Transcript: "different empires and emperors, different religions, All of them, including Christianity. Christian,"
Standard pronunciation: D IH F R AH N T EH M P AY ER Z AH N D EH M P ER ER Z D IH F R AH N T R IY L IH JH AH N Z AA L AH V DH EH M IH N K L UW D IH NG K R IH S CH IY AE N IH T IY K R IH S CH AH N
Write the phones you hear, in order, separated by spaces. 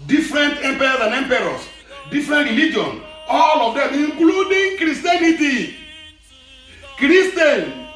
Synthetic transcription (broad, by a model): D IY F R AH N T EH M P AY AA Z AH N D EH M P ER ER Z D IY F R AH N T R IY L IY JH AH N AA L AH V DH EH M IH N K L UW D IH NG K R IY S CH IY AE N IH T IY K R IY S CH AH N